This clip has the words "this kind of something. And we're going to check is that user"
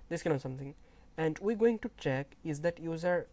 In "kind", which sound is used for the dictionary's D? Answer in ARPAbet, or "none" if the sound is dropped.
none